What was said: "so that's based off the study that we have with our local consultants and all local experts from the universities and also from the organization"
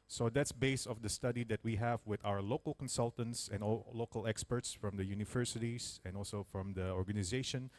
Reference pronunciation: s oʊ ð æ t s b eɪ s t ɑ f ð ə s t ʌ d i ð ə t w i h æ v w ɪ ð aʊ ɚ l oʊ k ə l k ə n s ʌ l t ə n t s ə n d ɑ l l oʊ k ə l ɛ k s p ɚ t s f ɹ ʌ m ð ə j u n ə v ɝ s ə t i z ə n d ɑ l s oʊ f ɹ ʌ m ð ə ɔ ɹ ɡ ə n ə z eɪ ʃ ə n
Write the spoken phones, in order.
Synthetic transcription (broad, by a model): s oʊ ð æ t s b eɪ s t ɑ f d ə s t ʌ d i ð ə t w i h æ v w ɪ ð aʊ ɚ l oʊ k ə l k ə n s ʌ l t ə n t s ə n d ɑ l l oʊ k ə l ɛ k s p ɚ t s f ɹ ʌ m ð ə j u n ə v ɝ s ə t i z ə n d ɑ l s oʊ f ɹ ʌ m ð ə ɔ ɹ ɡ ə n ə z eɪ ʃ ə n